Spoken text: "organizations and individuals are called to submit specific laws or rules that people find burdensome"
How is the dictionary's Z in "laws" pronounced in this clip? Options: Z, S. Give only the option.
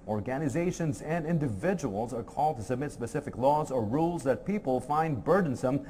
Z